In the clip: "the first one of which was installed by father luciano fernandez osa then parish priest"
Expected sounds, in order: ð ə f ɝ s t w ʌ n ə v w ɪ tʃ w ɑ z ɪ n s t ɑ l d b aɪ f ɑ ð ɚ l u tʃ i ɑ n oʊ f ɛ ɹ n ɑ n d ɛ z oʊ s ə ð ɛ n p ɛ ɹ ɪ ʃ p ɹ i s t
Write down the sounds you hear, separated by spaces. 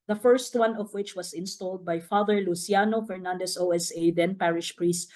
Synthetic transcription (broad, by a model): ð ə f ɝ s t w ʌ n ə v w ɪ tʃ w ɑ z ɪ n s t ɑ l d b aɪ f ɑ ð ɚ l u s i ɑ n oʊ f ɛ ɹ n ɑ n d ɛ s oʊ s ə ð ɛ n p ɛ ɹ ɪ ʃ p ɹ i s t